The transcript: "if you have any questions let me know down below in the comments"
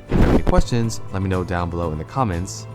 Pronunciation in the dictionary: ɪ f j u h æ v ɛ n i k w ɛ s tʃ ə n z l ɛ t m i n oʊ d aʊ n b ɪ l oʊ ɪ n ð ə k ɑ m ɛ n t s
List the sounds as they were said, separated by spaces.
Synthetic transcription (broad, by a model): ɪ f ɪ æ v ɛ n i k w ɛ s tʃ ə n z l ɛ t m i n oʊ d aʊ n b ɪ l oʊ ɪ n ð ə k ɑ m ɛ n t s